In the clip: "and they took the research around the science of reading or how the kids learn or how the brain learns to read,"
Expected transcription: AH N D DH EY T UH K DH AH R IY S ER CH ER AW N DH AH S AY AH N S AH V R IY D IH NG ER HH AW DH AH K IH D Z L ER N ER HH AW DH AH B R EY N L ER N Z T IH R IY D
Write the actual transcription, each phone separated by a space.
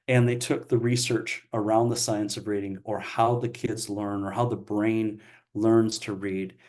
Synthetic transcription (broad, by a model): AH N DH EY T UH K DH AH R IY S ER CH ER AW N DH AH S AY AH N S AH V R IY D IH NG ER HH AW DH AH K IH D Z L ER N ER HH AW DH AH B R EY N L ER N Z T IH R IY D